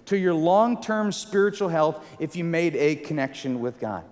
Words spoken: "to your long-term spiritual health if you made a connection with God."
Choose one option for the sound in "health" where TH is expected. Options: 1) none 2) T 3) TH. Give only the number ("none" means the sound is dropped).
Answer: 3